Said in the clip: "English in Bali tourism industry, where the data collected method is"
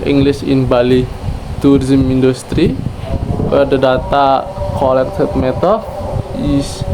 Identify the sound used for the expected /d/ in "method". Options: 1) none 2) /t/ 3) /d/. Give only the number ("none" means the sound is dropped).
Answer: 1